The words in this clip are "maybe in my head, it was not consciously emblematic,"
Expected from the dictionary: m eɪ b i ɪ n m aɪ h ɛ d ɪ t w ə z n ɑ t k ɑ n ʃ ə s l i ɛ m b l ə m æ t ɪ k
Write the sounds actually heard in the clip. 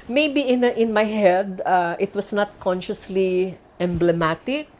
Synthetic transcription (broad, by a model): m eɪ b i ɪ n m aɪ h ɛ d ɪ t w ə s n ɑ t k ɑ n ʃ ə s l i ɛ m b l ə m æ t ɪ k